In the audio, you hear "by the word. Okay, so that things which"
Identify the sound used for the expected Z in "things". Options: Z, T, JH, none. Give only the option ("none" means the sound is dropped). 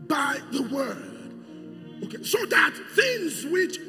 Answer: Z